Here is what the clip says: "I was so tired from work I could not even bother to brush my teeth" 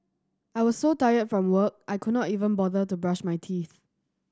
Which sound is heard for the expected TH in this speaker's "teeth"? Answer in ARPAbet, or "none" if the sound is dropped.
TH